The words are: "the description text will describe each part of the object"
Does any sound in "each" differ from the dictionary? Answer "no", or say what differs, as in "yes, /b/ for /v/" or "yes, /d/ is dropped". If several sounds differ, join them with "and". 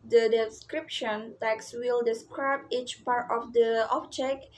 no